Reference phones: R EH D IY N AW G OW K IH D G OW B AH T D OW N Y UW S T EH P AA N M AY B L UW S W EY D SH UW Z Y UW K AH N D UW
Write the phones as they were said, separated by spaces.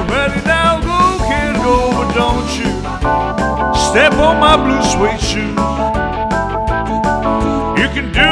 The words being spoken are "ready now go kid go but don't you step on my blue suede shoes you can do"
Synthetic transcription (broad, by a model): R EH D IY N AW G OW K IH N G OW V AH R D OW N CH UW S T EH P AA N M AY B L UW S W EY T SH UW Z Y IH K AH N D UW